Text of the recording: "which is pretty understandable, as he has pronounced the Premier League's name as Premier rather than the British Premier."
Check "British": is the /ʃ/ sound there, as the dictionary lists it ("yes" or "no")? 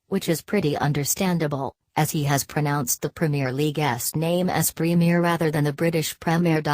yes